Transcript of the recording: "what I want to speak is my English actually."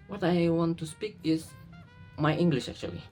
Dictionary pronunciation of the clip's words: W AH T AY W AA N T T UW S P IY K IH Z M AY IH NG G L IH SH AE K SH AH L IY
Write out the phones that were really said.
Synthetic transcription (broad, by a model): W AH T AY W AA N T T UW S P IY K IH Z M AY IH NG G L IH SH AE K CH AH L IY